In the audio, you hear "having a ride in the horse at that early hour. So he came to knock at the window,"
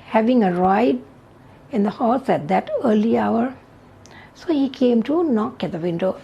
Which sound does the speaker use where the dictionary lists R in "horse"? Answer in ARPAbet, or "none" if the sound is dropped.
L